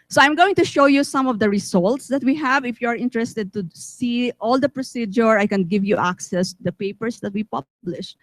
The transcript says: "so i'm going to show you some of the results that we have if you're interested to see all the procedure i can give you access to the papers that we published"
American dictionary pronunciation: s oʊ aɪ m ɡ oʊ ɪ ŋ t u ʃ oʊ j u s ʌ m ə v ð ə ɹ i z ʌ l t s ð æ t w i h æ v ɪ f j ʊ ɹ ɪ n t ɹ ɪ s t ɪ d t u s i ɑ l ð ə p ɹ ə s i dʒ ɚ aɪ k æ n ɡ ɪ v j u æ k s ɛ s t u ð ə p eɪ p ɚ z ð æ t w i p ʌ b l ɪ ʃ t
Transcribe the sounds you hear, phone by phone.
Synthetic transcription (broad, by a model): s oʊ aɪ m ɡ oʊ ɪ ŋ t u ʃ oʊ j u s ʌ m ə v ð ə ɹ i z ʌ l t s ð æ t w i h æ v ɪ f j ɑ ɹ ɪ n t ɹ ɪ s t ɪ d t u s i ɑ l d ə p ɹ ə s i dʒ ɚ aɪ k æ n ɡ ɪ v j u æ k s ɛ s t u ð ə p eɪ p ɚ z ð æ t w i p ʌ b l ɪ ʃ